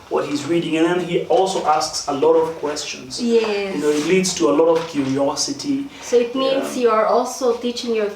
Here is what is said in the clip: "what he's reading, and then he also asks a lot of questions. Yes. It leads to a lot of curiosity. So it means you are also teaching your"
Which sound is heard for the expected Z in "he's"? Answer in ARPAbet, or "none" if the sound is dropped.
Z